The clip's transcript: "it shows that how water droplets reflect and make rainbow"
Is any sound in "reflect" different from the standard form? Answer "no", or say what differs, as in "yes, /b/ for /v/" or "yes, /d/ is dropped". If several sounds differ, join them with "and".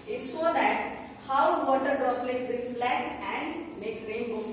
yes, /k/ is dropped